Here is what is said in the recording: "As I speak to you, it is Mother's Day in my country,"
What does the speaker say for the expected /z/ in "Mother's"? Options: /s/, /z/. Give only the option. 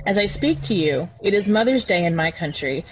/z/